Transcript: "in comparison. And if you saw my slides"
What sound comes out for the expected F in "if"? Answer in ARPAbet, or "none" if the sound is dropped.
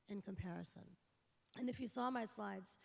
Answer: F